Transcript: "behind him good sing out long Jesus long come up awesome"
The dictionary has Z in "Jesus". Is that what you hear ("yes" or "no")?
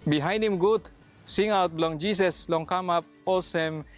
no